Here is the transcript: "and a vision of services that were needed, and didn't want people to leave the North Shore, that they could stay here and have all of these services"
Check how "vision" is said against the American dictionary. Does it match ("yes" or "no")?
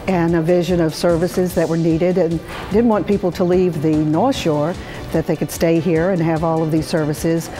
yes